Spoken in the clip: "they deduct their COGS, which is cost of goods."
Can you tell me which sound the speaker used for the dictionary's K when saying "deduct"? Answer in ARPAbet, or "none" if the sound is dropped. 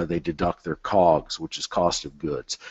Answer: K